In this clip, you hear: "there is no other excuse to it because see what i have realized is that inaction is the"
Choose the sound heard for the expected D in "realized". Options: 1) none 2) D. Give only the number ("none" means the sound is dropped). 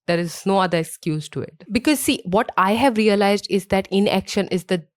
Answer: 2